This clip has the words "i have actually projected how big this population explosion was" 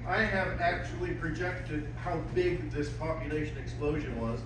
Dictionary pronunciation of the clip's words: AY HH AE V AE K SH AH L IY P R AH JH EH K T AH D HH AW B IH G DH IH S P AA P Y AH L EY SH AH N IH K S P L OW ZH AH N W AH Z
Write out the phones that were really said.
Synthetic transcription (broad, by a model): AY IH V AE K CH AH L IY P R AH JH EH K T AH D HH AW B IH G DH IH S P AA P Y AH L EY SH AH N IH K S P L OW ZH AH N W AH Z